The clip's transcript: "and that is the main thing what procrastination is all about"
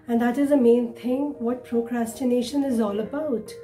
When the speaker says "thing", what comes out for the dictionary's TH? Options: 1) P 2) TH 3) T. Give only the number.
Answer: 3